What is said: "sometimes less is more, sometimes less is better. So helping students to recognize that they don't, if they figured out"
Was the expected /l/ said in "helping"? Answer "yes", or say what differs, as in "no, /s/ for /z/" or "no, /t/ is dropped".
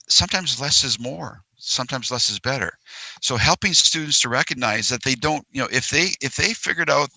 yes